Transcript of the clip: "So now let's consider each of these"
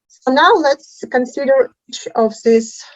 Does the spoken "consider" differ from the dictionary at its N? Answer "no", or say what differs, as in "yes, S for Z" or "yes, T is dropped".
no